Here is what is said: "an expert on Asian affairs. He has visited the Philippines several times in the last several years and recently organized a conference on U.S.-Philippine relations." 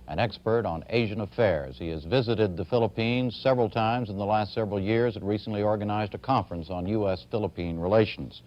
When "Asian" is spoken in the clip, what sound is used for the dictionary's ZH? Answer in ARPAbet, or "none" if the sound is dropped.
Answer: ZH